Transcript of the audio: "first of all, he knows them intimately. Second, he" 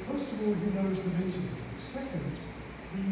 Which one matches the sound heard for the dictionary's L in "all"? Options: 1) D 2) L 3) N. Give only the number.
2